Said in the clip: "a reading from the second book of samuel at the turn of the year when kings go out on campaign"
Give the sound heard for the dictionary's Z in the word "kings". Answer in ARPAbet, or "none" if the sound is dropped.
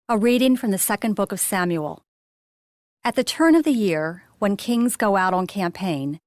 Z